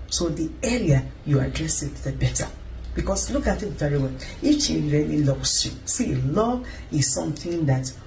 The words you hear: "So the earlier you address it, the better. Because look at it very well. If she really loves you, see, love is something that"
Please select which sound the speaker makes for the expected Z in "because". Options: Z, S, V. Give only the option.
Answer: S